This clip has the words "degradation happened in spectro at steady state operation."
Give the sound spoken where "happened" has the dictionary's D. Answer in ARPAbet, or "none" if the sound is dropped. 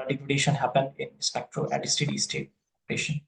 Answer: D